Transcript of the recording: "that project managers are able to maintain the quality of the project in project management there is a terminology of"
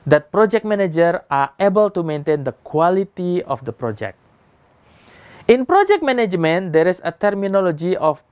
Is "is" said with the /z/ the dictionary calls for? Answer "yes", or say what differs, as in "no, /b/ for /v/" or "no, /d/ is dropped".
no, /s/ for /z/